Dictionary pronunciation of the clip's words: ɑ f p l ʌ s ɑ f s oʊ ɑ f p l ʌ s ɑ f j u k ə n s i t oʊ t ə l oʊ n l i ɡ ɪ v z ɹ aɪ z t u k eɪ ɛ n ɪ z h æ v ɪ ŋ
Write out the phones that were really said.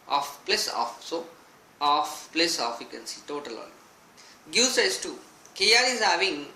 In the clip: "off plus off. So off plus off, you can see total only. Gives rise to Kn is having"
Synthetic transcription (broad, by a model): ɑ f p l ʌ s ɑ f s oʊ ɑ f p l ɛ s ɑ f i k ə n s i t oʊ t ə l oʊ l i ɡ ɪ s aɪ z t u k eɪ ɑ l ɪ z h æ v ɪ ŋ